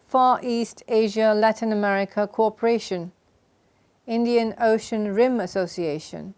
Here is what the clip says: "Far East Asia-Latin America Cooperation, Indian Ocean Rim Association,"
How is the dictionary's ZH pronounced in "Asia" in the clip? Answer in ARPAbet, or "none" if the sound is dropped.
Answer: ZH